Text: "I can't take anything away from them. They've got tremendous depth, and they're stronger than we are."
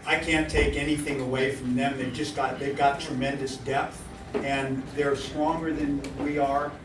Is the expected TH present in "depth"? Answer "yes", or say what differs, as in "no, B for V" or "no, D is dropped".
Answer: yes